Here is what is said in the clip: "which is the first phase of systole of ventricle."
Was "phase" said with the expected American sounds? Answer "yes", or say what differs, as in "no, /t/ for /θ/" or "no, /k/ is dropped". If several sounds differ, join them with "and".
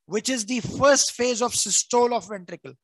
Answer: yes